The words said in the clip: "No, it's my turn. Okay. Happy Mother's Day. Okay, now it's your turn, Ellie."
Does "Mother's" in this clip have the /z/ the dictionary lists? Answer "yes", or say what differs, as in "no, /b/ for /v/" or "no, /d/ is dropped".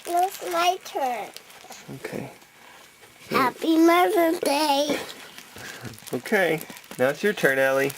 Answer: no, /z/ is dropped